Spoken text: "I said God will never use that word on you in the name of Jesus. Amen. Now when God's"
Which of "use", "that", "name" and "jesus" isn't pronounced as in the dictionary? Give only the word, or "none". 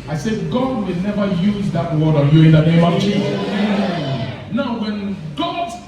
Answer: jesus